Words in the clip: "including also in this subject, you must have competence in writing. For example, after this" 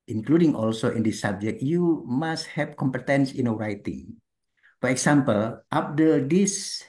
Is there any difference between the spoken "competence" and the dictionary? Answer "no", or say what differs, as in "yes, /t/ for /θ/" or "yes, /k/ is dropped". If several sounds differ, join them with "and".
no